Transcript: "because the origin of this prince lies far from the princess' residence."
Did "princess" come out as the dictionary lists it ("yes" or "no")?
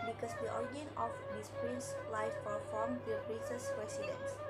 no